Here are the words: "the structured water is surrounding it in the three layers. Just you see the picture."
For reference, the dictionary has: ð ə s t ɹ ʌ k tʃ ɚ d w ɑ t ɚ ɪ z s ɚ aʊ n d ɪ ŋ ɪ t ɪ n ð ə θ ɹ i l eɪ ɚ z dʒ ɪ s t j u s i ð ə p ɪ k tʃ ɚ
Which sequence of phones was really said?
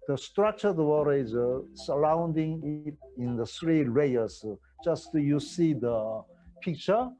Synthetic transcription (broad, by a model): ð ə s t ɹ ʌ k tʃ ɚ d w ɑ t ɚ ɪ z s ɚ aʊ n d ɪ ŋ ɪ t ɪ n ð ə s ɹ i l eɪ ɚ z dʒ ɪ s t j u s i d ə p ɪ k tʃ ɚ